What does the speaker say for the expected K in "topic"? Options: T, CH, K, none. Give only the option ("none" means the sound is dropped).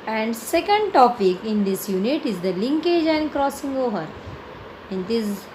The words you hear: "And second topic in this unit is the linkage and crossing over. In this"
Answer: K